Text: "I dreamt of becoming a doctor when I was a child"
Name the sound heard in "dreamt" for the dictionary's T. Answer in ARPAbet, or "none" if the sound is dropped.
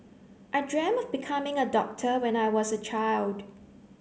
none